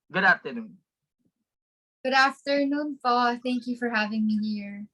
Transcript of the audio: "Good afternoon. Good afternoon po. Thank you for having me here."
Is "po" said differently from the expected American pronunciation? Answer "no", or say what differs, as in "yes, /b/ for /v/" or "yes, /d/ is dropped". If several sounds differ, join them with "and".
yes, /f/ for /p/